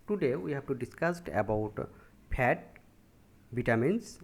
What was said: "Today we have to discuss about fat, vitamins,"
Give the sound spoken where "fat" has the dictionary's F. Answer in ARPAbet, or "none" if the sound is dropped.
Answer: P